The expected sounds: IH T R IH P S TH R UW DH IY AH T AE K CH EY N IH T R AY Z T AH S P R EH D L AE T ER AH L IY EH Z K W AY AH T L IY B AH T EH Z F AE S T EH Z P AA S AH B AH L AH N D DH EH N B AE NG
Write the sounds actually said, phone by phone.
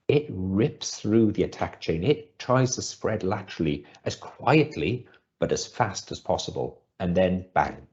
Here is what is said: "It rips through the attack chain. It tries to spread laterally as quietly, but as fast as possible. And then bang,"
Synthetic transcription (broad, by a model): IH T R IH P S TH R UW DH IY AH T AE K CH EY N IH T R AY Z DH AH S P R EH D L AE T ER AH L IY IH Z K W AY AH T L IY B AH T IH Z F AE S T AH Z P AA S AH B AH L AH N DH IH N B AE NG